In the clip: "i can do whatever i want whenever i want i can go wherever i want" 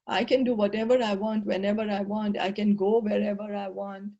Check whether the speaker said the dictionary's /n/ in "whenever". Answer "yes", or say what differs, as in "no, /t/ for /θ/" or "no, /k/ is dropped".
yes